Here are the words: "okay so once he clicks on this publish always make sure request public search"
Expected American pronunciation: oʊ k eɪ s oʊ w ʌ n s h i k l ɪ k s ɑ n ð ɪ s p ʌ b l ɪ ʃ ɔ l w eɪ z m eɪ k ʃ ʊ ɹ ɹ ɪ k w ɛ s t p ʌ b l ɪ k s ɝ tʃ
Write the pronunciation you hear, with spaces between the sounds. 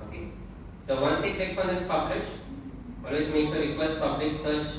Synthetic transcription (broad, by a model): oʊ k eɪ s oʊ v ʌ n s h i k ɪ k s ɑ n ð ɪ s p ʌ b l ɪ ʃ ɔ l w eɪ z m eɪ k s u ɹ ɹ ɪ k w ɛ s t p ʌ b l ɪ k s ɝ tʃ